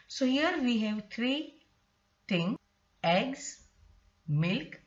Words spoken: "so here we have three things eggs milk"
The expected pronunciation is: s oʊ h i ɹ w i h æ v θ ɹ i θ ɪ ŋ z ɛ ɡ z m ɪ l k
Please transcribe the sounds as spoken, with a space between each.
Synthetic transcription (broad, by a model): s oʊ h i ɹ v i h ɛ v t ɹ i t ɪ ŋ ɛ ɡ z m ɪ l k